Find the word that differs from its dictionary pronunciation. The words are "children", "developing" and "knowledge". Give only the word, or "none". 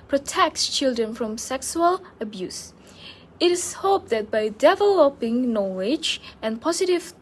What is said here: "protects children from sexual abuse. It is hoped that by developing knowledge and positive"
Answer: none